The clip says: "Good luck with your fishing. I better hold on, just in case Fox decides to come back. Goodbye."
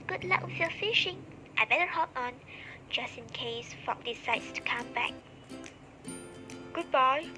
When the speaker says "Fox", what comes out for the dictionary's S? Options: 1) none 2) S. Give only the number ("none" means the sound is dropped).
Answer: 1